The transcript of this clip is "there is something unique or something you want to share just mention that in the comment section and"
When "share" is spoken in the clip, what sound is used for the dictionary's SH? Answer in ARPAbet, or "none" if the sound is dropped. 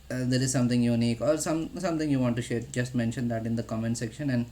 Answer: SH